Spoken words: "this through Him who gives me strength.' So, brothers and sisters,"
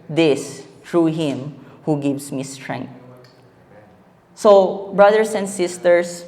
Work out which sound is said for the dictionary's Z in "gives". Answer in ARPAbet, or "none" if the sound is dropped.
S